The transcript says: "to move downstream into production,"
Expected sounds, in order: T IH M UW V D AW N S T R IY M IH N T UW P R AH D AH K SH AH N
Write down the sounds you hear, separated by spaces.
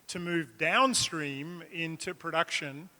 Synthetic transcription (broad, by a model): T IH M UW V D AW N S T R IY M IH N T UW P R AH D AH K SH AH N